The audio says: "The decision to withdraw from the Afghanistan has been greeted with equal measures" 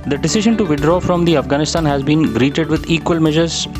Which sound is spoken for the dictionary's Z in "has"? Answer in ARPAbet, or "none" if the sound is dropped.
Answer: Z